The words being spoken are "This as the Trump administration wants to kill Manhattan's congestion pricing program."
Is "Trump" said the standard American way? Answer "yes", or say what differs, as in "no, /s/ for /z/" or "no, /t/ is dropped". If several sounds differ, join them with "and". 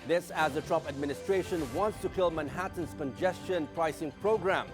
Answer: no, /m/ is dropped